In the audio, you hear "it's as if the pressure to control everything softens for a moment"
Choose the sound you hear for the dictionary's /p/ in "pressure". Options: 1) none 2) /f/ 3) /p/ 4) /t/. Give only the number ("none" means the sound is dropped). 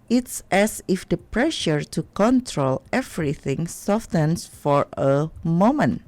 3